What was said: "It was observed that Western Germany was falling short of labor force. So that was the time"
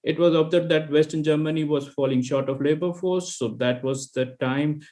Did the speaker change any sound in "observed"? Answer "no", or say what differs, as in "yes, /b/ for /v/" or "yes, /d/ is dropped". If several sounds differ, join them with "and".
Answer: yes, /v/ is dropped